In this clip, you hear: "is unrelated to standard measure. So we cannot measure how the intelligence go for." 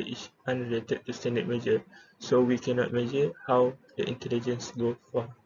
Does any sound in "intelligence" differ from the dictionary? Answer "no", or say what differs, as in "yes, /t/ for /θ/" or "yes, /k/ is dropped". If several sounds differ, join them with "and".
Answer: no